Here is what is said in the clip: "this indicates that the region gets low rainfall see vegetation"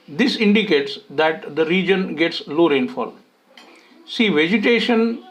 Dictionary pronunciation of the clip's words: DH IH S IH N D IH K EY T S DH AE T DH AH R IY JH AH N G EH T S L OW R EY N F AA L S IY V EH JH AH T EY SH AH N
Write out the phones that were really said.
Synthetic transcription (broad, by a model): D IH S IH N D IH K EY T S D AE T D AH R IY JH AH N G EH T S L OW R EY N F AA L S IY V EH JH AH T EY SH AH N